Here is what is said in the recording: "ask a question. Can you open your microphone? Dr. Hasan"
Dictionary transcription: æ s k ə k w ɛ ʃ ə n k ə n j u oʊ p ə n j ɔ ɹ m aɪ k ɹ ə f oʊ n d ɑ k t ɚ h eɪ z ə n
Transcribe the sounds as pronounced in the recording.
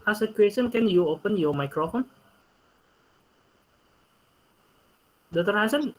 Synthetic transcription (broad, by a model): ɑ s ə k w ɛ s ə n k ə n j u oʊ p ə n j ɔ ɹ m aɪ k ɹ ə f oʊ n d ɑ t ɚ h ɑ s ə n